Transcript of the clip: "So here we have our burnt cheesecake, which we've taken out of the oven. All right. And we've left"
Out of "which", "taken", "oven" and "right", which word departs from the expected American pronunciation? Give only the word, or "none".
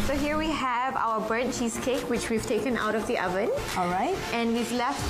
none